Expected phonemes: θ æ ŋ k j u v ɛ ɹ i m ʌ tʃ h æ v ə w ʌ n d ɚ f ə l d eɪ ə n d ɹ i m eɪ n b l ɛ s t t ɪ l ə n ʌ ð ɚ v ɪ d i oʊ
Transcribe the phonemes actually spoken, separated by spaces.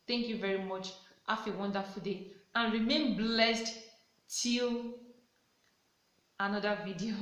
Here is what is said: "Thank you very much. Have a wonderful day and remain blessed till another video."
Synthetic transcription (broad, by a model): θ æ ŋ k j u v ɛ ɹ i m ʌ tʃ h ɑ f ə w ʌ n d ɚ f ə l d eɪ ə n ɹ i m eɪ n b l ɛ s t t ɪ l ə n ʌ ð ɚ v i d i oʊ